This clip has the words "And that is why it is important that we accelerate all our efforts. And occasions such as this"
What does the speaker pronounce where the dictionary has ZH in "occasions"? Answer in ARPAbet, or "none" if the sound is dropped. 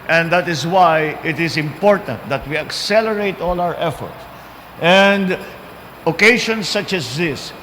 SH